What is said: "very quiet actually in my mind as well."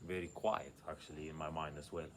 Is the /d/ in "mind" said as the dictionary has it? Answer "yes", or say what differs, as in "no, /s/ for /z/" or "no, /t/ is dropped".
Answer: yes